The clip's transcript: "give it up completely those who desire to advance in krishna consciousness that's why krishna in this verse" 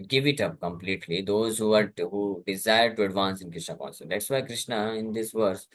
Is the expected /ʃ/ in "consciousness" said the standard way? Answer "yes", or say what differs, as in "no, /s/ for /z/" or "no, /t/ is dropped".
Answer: no, /s/ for /ʃ/